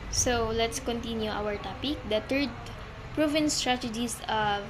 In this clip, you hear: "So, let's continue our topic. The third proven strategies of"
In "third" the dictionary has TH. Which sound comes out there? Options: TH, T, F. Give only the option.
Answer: T